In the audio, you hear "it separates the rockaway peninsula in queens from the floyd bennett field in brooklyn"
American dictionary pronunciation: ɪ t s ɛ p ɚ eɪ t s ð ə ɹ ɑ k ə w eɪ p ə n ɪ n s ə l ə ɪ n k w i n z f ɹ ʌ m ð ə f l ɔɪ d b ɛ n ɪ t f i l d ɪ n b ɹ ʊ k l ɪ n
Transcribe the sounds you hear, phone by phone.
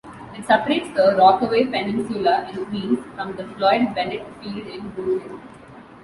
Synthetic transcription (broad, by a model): ɪ t s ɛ p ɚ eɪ t s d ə ɹ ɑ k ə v eɪ p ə n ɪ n s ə l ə ɪ n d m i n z f ɹ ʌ m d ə f l ɔɪ d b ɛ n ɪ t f i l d ɪ n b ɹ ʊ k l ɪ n